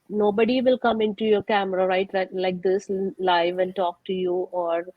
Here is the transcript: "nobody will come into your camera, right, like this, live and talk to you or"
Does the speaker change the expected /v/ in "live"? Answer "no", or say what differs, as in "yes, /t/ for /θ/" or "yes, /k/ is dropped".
no